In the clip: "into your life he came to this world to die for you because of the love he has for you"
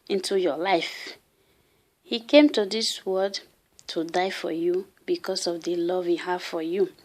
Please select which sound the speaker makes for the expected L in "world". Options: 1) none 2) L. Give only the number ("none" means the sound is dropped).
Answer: 1